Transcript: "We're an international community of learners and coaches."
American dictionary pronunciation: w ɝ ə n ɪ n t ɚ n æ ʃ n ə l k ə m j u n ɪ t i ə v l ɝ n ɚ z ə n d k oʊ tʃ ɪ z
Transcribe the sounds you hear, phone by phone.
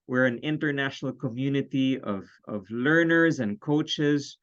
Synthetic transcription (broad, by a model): w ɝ ə n ɪ n t ɚ n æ ʃ n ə l k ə m j u n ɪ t i ə v l ɝ n ɚ z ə n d k oʊ tʃ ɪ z